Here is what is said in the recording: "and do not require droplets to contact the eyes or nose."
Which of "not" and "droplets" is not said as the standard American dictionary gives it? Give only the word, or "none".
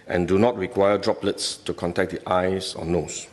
none